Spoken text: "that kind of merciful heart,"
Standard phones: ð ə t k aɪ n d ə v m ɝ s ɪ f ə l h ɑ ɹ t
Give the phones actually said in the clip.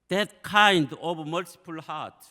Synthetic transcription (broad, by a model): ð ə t k aɪ n d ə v m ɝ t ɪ p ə l h ɑ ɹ t